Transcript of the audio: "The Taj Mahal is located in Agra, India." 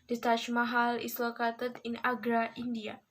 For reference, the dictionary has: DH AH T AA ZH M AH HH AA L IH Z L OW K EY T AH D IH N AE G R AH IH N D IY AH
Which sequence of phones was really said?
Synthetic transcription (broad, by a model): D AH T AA SH M AH HH AA L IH S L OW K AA T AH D IH N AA G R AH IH N D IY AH